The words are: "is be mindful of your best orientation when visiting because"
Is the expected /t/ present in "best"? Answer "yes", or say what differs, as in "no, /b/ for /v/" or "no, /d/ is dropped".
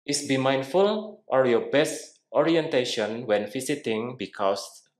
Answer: yes